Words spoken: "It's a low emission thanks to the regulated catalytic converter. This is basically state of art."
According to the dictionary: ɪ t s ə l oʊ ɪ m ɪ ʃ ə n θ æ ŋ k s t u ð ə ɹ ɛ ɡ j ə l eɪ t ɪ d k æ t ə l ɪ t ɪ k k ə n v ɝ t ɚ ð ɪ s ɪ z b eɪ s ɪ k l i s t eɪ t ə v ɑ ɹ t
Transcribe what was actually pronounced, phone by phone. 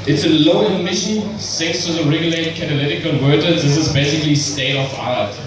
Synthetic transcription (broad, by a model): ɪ t s ə l oʊ ɪ m ɪ ʃ ə n s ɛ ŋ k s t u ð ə ɹ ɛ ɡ j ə l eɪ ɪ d k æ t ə l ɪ t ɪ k k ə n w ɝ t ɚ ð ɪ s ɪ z b eɪ s ɪ k l i s t eɪ t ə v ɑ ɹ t